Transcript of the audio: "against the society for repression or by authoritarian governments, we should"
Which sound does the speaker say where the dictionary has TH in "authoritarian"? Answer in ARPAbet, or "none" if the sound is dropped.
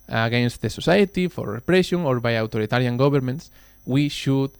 T